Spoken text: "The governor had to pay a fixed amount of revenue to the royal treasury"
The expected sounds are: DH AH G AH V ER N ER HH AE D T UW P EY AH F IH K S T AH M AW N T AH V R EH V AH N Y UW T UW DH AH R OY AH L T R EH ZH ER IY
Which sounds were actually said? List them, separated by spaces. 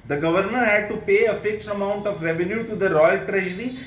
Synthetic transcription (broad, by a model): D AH G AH V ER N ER HH AE D T UW P EY AH F IH K S T AH M AW N T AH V R EH V AH N Y UW T UW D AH R OY AH L T R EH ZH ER IY